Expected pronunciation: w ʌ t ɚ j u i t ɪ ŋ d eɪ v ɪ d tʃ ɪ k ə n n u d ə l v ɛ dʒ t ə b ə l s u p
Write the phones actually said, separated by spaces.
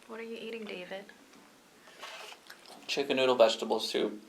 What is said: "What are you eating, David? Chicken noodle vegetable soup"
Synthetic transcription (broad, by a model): w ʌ t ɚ j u i t ɪ ŋ d eɪ v ɪ d tʃ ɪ k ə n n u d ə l v ɛ dʒ t ə b ə l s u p